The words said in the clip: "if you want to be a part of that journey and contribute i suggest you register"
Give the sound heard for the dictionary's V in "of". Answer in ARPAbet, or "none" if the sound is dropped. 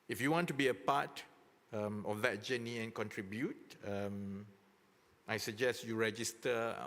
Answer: F